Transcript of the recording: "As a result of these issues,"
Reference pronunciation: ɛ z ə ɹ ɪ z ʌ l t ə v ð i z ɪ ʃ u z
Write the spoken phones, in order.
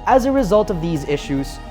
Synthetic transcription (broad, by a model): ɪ z ə ɹ ɪ z ʌ l t ə v ð i z ɪ ʃ u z